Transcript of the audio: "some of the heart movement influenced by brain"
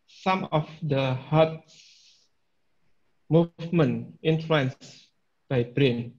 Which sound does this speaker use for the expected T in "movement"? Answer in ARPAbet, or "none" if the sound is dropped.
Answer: none